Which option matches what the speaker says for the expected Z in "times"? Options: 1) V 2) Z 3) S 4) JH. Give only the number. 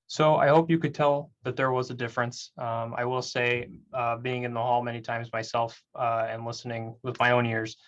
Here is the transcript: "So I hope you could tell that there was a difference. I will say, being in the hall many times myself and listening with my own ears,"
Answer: 2